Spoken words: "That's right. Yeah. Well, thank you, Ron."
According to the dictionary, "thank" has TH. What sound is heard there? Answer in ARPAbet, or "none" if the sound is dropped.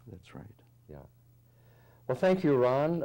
TH